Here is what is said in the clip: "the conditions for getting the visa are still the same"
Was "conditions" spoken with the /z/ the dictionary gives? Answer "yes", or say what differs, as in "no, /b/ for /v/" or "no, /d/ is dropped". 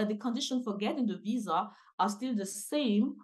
no, /z/ is dropped